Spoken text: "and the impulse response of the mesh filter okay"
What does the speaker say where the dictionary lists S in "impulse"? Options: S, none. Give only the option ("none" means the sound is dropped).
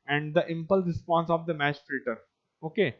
none